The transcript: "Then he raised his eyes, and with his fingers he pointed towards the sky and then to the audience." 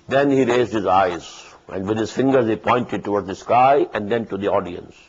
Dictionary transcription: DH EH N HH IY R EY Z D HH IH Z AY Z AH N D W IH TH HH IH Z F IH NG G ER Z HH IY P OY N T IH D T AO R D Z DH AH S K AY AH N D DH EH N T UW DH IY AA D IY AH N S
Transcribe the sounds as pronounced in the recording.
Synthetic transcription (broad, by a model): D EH N HH IY R EY Z D HH IH Z AY Z AH N D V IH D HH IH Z F IH NG G ER Z HH IY P OY N T IH D T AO R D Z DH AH S K AY AH N D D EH N T UW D IY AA D IY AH N S